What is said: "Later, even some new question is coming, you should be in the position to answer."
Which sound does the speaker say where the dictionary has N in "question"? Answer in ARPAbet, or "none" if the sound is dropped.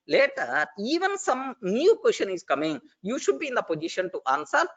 N